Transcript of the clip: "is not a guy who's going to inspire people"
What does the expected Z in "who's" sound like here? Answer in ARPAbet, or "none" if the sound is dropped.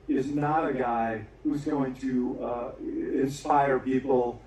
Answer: Z